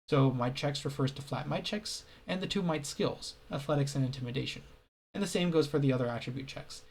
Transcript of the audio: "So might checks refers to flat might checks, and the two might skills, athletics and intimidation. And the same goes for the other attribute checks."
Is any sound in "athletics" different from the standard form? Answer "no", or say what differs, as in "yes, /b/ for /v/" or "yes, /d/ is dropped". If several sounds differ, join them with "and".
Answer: no